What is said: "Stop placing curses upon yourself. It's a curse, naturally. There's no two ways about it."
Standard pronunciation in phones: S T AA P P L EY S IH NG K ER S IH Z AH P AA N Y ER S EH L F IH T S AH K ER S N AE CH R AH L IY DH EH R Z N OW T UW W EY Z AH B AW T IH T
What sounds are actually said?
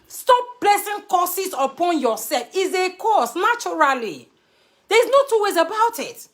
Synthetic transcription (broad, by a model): S T AA P B L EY S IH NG K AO S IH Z AH P AA N Y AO S EH L F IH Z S AH K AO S N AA CH R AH L IY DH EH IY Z N OW T UW W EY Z AH B AW T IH T